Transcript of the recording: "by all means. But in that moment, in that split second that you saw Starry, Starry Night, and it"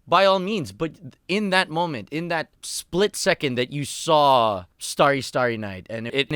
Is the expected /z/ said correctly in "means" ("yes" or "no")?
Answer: yes